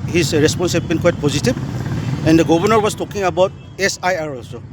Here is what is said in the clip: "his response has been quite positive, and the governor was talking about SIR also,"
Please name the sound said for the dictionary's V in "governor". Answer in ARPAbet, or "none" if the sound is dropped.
B